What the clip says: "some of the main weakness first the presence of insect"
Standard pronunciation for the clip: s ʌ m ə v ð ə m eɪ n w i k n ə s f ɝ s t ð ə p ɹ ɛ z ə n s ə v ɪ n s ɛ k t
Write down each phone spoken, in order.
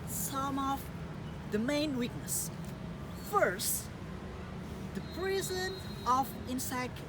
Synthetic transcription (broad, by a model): s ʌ m ə v ð ə m eɪ n w i k n ə s f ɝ s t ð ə p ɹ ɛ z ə n ə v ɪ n s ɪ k